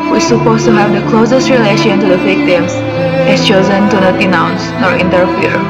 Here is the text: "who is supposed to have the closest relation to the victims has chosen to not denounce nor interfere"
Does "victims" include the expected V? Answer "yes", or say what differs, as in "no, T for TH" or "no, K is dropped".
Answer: no, F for V